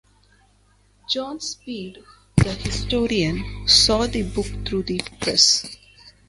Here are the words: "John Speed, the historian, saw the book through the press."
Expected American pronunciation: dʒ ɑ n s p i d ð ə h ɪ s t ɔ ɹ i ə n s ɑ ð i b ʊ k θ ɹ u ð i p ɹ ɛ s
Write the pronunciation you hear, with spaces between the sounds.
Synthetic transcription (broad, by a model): dʒ ɑ n s p i d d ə h ɪ s t ɔ ɹ i ə n s ɑ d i b ʊ k t ɹ u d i p ɹ ɛ s